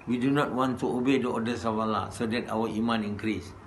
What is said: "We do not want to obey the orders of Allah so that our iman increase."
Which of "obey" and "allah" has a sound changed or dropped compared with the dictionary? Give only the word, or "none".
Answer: none